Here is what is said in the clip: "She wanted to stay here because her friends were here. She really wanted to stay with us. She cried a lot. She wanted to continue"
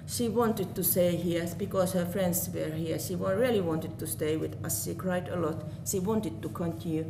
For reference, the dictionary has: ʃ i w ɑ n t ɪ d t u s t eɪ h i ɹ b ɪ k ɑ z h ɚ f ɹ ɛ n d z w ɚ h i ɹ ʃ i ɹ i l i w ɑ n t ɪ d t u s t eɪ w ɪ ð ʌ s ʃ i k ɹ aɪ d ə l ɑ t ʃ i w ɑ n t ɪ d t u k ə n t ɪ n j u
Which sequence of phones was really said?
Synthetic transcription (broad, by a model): ʃ i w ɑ n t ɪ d t u s t eɪ h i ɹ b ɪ k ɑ s h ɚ f ɹ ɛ n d s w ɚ h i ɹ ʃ i ɹ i l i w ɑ n t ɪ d t u s t eɪ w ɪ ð ʌ s ʃ i k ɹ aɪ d ə l ɑ t ʃ i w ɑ n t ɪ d t u k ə n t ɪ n j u